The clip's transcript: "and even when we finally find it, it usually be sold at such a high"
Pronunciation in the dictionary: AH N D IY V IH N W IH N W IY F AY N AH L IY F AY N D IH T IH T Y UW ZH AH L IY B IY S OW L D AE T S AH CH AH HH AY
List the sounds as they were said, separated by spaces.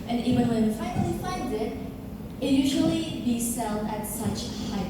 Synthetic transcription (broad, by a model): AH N IY V IH N W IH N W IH F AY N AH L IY F AY N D IH T IH T Y UW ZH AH L IY B IY S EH L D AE T S AH CH HH AY